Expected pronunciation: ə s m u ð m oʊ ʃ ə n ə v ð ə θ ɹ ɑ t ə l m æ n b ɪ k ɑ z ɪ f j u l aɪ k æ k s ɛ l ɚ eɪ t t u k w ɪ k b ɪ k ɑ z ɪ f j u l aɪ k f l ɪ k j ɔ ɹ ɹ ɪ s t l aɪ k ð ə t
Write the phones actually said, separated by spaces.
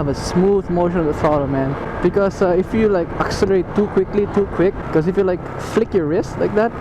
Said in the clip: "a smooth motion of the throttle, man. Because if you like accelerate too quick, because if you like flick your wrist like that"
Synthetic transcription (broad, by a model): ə s m u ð m oʊ ʃ ə n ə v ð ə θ ɑ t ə m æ n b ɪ k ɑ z ɪ f j u l aɪ k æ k s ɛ l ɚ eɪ t t u k w ɪ k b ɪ k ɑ s ɪ f j u l aɪ k f l ɪ k j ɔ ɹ ɹ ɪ s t l aɪ k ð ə t